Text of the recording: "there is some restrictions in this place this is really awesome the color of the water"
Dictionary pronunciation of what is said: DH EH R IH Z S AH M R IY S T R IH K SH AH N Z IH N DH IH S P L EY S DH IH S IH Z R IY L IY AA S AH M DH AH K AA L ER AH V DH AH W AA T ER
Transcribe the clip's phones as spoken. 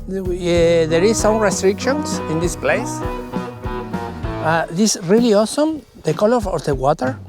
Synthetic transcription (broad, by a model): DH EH R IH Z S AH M R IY S T R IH K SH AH N S IH N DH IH S P L EY S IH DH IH S R IY L IY AA S AH M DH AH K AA L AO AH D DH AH W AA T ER